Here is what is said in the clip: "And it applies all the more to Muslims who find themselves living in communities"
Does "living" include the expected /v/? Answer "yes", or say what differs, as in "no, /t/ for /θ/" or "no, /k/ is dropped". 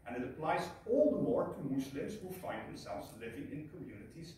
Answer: yes